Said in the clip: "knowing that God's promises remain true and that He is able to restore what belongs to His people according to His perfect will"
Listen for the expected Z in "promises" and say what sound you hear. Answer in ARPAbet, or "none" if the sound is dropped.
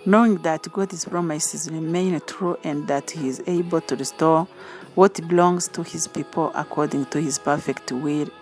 Z